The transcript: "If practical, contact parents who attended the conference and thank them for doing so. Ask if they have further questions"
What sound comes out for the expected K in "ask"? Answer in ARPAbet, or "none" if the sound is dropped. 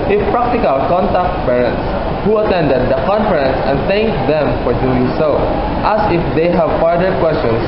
none